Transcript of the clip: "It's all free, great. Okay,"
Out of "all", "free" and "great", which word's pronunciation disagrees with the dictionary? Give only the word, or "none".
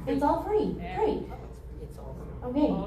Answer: great